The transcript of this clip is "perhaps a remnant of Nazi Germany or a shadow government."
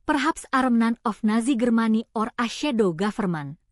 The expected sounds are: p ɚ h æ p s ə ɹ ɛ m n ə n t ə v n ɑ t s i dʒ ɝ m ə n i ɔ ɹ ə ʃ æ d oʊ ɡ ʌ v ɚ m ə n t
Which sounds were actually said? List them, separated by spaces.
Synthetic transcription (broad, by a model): p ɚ h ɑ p s ə ɹ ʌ m n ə n ə f n ɑ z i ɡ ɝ m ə n i ɔ ɹ ə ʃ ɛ d oʊ ɡ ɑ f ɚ m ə n